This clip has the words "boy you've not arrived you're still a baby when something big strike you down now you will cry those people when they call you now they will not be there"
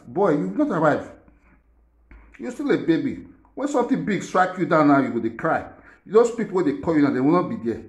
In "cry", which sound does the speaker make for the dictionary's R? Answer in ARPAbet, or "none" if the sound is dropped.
R